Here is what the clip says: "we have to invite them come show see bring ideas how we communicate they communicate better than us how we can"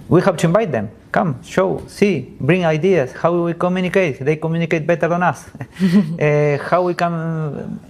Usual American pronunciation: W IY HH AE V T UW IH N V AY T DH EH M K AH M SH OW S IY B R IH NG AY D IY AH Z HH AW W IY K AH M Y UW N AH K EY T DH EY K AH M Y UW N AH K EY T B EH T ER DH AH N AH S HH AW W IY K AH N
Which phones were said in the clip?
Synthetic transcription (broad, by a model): W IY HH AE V T UW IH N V AY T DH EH M K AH M SH OW S IY B R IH NG AY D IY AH S HH AW W IY K AH M Y UW N AH K EY T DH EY K AH M Y UW N AH K EY T B EH T ER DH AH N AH S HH AW W IY K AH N